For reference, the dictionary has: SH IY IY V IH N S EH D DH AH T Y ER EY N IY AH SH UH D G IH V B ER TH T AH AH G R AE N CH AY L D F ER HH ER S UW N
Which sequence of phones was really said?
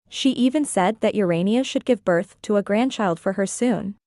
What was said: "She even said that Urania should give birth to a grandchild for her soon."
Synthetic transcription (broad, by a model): SH IY IY V IH N S EH D DH AH T Y ER EY N IY AH SH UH D G IH V B ER TH T AH AH G R AE N CH AY L D F ER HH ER S UW N